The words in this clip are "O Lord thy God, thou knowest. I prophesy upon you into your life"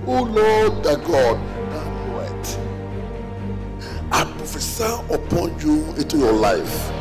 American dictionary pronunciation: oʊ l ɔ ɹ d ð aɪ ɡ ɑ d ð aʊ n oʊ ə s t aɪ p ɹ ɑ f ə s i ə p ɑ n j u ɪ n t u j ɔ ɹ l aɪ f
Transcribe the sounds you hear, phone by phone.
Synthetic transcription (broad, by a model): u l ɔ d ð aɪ ɡ ɑ d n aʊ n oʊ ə t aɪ p ɹ ɑ f ə s i ə p ɑ n j u ɪ n t u j ɔ l aɪ f